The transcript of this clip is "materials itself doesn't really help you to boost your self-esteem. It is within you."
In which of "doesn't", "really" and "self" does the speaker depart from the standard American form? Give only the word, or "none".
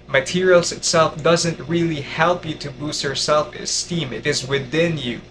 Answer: none